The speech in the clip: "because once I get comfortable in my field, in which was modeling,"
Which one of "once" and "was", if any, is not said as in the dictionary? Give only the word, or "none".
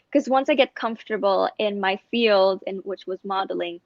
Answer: none